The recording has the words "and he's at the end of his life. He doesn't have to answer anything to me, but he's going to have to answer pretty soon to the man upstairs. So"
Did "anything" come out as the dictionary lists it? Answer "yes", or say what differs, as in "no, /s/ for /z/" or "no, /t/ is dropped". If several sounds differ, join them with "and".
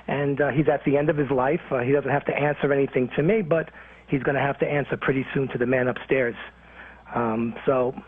yes